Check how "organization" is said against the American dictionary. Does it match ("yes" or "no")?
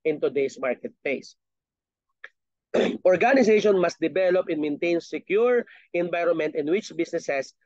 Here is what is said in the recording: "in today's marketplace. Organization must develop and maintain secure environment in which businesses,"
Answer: no